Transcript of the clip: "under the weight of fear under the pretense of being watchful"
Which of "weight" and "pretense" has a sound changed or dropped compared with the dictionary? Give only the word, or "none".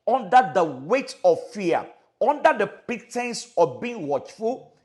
pretense